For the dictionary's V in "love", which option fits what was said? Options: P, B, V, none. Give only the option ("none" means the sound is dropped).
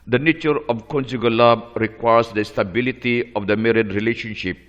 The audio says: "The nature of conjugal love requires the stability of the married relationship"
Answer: B